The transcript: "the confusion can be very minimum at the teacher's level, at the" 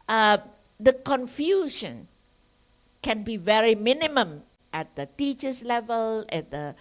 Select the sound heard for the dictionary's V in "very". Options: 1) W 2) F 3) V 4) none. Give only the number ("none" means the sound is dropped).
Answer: 3